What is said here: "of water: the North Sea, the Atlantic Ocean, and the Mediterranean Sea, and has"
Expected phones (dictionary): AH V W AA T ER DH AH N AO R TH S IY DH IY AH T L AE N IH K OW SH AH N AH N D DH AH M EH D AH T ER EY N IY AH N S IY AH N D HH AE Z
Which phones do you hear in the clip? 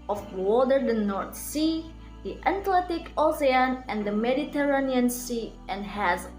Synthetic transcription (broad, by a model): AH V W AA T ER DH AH N AO R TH S IY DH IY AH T L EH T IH K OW S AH N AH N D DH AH M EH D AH T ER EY N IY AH N S IY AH N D HH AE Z